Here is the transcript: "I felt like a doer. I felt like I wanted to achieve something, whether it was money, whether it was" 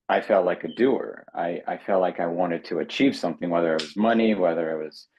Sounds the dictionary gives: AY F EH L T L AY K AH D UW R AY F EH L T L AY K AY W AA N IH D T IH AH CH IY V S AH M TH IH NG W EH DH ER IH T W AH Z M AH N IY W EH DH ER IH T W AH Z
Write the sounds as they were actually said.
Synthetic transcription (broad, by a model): AY F EH L T L AY K AH D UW R AY F EH L T L AY K AY W AA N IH D T IH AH CH IY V S AH M TH IH NG W EH DH ER IH T W AH Z M AH N IY W EH DH ER IH T W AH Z